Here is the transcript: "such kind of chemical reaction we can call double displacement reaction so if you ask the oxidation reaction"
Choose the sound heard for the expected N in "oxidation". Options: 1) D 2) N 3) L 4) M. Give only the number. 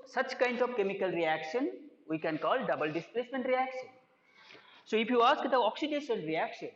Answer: 3